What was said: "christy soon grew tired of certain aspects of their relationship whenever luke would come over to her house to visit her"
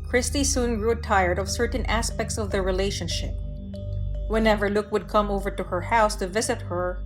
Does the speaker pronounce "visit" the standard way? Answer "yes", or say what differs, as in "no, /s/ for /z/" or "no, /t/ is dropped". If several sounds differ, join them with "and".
yes